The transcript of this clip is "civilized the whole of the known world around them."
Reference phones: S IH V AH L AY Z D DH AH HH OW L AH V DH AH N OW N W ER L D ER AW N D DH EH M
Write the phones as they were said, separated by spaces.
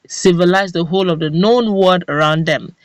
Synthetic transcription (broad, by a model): S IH V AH L AY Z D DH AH HH OW L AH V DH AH N OW N W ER D ER AW N D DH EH M